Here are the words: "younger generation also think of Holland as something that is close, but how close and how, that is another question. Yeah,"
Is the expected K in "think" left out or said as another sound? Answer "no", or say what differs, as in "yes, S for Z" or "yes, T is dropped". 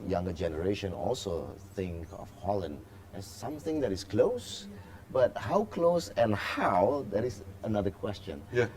no